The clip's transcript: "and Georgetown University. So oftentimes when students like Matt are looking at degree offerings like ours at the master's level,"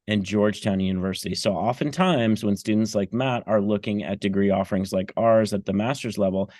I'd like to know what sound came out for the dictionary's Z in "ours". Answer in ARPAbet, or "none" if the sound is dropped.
Z